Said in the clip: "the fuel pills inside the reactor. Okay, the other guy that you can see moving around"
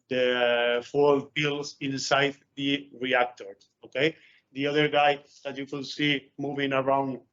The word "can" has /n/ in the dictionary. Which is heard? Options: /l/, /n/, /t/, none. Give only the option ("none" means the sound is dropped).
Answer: /l/